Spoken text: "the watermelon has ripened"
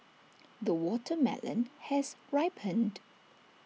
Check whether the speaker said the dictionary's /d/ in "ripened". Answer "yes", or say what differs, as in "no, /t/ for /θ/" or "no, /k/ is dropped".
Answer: yes